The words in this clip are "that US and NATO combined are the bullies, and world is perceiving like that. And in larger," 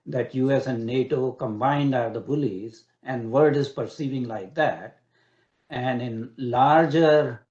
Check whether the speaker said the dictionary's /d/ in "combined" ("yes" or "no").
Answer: yes